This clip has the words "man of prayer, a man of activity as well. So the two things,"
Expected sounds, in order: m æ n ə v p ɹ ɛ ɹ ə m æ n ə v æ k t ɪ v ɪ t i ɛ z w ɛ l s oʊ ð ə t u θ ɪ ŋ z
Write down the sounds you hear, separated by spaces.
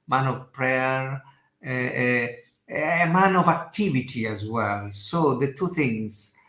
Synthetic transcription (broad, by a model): m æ n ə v p ɹ ɛ ɹ ə m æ n ə v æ k t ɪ v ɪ t i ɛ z w ɛ l s oʊ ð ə t u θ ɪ ŋ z